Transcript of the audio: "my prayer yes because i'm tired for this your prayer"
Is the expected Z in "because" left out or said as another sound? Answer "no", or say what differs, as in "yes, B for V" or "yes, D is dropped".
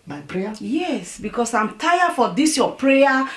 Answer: yes, S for Z